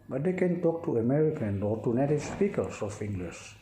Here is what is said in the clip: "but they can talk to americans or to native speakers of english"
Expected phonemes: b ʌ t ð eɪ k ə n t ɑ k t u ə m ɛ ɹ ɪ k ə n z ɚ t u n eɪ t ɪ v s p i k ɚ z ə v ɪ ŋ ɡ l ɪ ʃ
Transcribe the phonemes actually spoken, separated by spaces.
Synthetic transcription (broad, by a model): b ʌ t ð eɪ k ə n t ɑ k t u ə m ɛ ɹ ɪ k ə n ɚ t u n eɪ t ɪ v s p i k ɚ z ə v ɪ ŋ ɡ l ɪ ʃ